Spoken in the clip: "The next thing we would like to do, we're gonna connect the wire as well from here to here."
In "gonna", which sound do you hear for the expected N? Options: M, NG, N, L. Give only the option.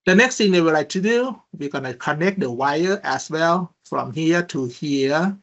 N